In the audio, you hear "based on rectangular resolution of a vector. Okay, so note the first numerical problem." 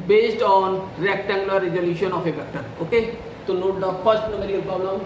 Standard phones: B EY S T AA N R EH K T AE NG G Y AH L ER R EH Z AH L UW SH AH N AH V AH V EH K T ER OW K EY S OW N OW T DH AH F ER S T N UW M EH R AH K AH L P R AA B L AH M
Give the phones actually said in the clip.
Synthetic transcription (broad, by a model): B EY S T AA N R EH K T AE NG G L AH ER R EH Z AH L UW SH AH N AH F AH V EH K T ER OW K EY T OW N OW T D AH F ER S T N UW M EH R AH AH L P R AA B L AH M